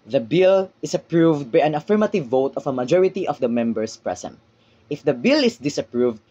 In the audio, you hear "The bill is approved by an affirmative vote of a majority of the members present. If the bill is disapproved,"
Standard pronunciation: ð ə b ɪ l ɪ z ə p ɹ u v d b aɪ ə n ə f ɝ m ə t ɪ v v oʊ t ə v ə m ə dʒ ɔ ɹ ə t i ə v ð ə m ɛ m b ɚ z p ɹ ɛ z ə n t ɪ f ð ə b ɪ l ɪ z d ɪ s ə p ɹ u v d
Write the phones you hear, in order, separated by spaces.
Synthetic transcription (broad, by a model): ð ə b ɪ l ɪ s ə p ɹ u v d b aɪ ə n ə f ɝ m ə t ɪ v v oʊ t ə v ə m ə dʒ ɔ ɹ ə t i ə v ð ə m ɛ m b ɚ s p ɹ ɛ s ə n t ɪ f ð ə b ɪ l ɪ s d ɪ s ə p ɹ u v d